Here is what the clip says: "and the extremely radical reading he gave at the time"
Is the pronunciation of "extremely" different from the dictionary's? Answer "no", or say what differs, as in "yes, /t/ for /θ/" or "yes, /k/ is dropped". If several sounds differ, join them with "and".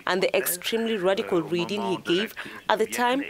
no